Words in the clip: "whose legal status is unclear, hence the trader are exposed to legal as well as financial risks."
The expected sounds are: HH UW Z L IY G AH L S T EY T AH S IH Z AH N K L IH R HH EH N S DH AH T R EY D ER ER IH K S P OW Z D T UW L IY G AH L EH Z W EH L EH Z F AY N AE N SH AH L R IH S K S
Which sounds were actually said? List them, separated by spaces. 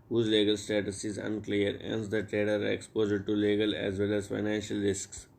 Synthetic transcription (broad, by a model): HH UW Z L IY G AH L S T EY T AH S IH Z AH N K L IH R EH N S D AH T R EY D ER ER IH K S P OW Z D T UW L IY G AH L EH Z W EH L EH Z F AY N AE N SH AH L R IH S K S